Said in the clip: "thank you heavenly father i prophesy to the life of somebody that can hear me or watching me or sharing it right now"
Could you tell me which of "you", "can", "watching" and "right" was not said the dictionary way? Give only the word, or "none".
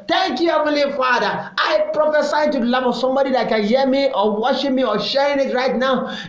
watching